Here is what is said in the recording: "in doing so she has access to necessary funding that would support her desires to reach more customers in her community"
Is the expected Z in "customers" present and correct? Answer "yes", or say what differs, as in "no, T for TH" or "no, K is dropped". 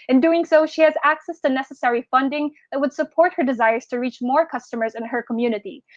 yes